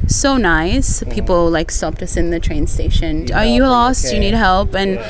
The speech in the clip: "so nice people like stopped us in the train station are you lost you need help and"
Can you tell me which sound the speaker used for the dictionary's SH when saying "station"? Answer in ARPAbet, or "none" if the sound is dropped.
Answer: SH